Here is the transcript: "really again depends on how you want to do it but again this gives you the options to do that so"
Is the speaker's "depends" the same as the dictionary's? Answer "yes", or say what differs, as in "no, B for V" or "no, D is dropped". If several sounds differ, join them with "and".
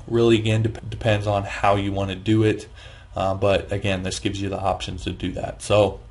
yes